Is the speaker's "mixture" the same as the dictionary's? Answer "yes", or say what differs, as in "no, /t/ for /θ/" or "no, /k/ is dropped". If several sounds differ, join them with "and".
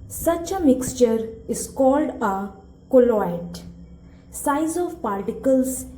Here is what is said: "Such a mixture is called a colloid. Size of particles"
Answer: yes